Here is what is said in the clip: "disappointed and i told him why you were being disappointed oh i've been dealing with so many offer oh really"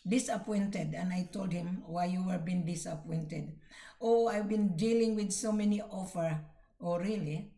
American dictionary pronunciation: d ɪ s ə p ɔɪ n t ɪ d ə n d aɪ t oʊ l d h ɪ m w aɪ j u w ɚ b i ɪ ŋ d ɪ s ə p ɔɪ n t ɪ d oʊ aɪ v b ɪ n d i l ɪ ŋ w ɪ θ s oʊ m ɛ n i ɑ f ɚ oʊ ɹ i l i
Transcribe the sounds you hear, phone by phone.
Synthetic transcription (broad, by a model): d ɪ s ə p ɔɪ n t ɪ d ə n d aɪ t oʊ l d h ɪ m w aɪ j u w ɚ b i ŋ d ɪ s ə p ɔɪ n t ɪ d oʊ aɪ v b ɪ n d i l ɪ ŋ w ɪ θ s oʊ m ɛ n i ɑ f ɚ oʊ ɹ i l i